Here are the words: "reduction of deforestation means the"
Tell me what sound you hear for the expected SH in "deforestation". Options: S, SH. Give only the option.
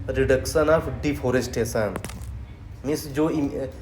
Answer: S